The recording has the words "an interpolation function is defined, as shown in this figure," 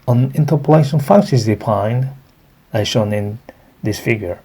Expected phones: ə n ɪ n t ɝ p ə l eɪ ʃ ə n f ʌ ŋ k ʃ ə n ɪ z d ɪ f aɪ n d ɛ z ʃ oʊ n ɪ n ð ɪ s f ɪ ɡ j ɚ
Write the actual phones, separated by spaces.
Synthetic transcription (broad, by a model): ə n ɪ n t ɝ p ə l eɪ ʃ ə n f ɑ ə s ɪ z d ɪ p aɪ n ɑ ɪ ʃ oʊ n ɪ n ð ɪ s f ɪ ɡ j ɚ